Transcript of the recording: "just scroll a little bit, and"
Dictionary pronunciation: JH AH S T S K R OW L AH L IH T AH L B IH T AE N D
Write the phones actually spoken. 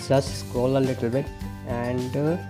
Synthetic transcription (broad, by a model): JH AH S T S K OW L AH L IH T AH L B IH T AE N D